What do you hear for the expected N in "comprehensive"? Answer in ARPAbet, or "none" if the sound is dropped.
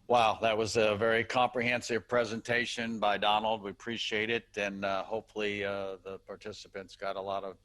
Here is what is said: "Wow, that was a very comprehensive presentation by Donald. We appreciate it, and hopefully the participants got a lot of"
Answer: N